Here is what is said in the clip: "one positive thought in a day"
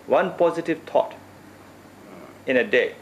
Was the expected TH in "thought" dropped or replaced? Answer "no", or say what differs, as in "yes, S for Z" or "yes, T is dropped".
yes, T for TH